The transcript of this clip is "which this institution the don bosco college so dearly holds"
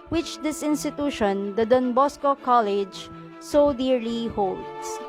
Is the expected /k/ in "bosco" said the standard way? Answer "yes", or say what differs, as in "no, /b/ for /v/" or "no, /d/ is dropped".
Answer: yes